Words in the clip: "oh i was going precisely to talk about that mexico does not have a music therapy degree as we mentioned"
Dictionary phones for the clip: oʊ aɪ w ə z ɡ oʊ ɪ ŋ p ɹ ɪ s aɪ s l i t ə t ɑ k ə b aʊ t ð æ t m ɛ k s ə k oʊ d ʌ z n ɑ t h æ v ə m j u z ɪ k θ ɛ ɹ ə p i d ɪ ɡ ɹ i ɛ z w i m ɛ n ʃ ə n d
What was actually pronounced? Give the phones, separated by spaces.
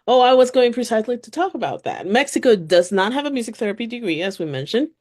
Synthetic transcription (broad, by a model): oʊ aɪ w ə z ɡ oʊ ɪ ŋ p ɹ ɪ s aɪ s l i t ə t ɑ k ə b aʊ t ð æ t m ɛ k s ə k oʊ d ʌ z n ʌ t h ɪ v ə m j u z ɪ k θ ɛ ɹ ə p i d ɪ ɡ ɹ i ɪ z w i m ɛ n ʃ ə n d